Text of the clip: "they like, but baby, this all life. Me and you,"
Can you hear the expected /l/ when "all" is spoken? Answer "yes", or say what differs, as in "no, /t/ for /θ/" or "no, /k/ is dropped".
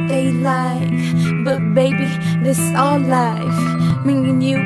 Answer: no, /n/ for /l/